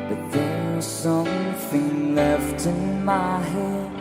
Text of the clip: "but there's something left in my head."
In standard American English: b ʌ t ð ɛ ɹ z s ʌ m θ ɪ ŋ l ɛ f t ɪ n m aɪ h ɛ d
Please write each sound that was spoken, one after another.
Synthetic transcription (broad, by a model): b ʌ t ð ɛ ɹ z s ʌ m θ ɪ ŋ l ɛ f t ɪ n m aɪ h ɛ